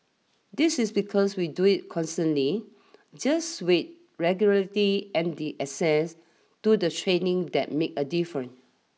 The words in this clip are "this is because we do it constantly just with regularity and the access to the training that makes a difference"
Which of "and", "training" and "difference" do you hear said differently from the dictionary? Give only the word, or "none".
difference